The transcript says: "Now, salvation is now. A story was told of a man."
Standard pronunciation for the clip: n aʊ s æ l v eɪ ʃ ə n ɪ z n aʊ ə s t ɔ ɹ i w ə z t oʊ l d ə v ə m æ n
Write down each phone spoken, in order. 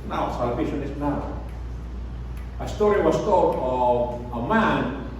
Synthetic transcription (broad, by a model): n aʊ s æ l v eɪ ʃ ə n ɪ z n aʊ ə s t ɔ ɹ i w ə s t oʊ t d ə v ə m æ n